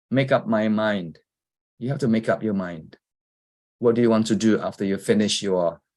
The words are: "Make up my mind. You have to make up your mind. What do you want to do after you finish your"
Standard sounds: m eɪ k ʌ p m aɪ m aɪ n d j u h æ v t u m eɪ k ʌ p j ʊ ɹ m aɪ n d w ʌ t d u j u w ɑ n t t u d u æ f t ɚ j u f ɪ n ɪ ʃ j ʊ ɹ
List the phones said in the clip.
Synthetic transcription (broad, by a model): m eɪ k ʌ p m aɪ m aɪ n d j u h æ f t u m eɪ k ʌ p j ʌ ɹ m aɪ n d w ʌ t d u j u w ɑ n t t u d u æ f t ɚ j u f ɪ n ɪ ʃ j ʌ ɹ